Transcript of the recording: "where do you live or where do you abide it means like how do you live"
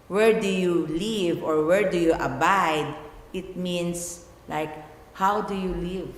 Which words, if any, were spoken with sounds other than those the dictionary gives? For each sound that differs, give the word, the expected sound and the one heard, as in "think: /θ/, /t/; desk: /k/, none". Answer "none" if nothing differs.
means: /z/, /s/